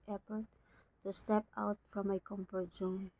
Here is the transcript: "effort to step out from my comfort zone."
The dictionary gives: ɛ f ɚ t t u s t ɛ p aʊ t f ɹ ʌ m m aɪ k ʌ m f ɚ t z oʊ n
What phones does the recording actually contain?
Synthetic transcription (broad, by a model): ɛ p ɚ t t u s t ɛ p aʊ t f ɹ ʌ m m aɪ k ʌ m p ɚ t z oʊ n